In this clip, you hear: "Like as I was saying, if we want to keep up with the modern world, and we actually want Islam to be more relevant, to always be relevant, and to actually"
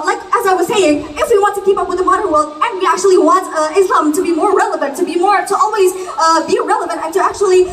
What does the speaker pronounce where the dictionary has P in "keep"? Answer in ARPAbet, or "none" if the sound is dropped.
P